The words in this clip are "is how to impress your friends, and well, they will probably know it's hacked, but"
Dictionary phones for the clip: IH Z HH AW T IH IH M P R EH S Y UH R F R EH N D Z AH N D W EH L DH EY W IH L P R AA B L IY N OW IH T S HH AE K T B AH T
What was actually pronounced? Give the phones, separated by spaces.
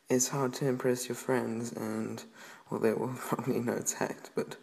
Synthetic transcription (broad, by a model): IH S HH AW T IH IH M P R EH S Y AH R F R EH N D Z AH N W EH L DH EY W IH L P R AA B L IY N OW IH T S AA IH T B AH T